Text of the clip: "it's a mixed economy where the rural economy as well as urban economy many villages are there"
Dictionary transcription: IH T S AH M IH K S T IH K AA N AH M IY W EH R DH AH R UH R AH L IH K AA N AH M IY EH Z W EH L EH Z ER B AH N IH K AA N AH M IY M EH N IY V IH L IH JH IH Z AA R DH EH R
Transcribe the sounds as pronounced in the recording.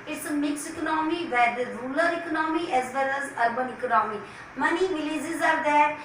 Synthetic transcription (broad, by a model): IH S M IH K S IH K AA N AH M IY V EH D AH R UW L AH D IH K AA N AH M IY EH Z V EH L EH Z ER B AH N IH K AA N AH M IY M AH N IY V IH L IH Z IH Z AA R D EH